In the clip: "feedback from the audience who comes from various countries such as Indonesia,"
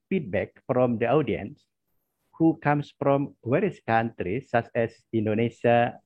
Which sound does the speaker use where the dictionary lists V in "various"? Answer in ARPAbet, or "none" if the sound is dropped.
W